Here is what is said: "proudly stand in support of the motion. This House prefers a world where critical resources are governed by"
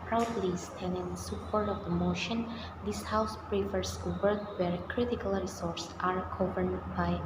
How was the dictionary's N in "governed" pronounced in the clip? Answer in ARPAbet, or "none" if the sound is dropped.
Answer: none